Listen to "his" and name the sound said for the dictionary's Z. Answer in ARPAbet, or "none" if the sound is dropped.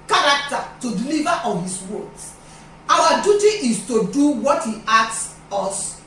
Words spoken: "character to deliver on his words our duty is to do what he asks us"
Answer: S